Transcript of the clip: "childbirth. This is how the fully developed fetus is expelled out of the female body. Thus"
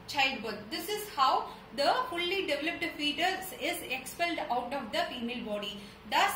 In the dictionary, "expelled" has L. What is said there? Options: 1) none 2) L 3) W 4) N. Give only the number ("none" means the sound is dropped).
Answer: 2